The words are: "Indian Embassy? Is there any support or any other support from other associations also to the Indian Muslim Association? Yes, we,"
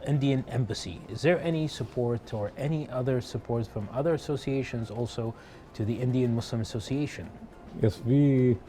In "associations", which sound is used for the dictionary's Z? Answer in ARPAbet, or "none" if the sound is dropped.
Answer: Z